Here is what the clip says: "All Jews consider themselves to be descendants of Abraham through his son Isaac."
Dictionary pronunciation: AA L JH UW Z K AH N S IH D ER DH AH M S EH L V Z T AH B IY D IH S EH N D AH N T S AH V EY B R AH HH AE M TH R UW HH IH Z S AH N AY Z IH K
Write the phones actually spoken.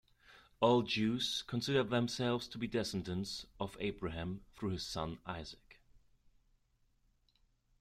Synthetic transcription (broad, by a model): AA L JH UW Z K AH N S IH D ER DH AH M S EH L V Z T AH B IY D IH S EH N D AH N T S AH V EY B R AH HH AE M TH R UW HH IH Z S AH N AY Z IH K